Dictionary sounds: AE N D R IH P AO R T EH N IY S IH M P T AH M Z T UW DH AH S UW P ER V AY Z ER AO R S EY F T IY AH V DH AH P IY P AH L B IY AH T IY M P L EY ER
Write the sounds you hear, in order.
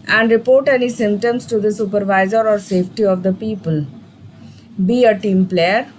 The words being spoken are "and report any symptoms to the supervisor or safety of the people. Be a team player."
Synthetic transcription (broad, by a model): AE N D R IH P AO R T EH N IY S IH M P T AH M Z T UW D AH S UW P ER V AY Z ER AO R S EY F T IY AH V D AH P IY P AH L B IY AH T IY M P L EY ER